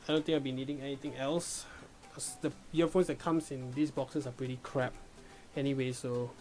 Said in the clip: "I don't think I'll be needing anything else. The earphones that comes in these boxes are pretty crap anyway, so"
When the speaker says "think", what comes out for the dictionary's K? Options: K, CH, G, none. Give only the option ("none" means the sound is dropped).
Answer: none